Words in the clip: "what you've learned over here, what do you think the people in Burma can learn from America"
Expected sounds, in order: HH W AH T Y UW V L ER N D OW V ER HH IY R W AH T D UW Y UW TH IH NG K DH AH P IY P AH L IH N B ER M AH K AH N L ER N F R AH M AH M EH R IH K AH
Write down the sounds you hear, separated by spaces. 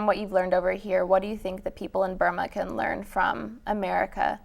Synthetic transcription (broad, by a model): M W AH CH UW V L ER N D OW V ER HH IY R W AH T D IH Y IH TH IH NG K DH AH P IY P L IH N B ER M AH K AH N L ER N F R AH M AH M EH R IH K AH